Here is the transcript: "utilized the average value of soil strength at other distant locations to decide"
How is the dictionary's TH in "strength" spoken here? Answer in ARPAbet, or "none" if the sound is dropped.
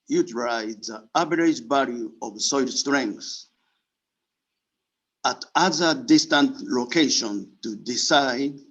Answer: S